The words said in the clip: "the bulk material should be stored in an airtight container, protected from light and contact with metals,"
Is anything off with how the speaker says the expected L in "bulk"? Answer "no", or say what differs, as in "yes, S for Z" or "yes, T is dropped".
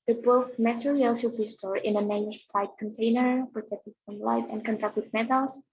yes, L is dropped